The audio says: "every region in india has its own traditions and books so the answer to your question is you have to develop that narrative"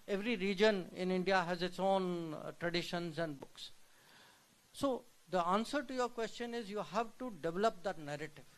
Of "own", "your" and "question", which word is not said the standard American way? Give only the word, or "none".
none